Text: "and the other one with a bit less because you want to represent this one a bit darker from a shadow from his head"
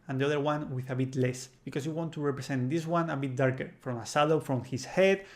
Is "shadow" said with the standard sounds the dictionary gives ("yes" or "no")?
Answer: no